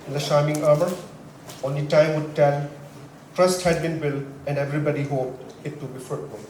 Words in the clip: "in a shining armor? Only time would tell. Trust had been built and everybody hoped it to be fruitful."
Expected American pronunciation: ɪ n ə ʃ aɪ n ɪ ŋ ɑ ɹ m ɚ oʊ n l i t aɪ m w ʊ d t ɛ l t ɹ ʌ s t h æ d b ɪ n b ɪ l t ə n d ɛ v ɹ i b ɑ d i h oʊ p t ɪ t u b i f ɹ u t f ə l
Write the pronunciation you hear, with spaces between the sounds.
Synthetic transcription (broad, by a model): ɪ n ə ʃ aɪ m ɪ ŋ ɑ ɹ m ɚ oʊ n l i t aɪ m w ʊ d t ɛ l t ɹ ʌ s t h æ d b ɪ n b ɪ l ə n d ɛ v ɹ i b ɑ d i h oʊ p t ɪ t u b i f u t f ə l